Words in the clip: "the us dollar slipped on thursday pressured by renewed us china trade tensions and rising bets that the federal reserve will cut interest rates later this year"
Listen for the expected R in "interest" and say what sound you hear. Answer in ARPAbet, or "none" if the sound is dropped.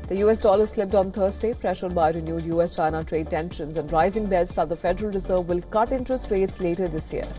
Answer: none